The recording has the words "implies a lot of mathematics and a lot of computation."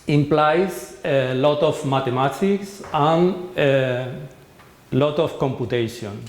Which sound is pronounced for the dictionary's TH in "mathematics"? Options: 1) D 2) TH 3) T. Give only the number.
3